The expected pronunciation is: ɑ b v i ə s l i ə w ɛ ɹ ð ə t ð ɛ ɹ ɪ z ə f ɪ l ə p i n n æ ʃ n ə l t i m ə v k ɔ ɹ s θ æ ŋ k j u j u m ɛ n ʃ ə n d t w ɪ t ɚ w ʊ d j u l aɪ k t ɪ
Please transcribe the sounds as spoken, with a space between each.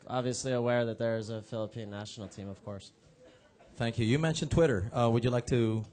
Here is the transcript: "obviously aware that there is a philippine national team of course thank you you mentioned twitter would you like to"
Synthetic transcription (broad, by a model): ɑ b v i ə s l i ə w ɛ ɹ ð ə t ð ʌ ɹ ɪ z ə f ɪ l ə p i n n æ ʃ n l t i m ə v k ɔ ɹ s θ æ ŋ k j u j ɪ m ɛ n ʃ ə n t w ɪ t ɚ w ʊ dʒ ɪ l aɪ k t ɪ